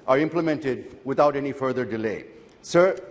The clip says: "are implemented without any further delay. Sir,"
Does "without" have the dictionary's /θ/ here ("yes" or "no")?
no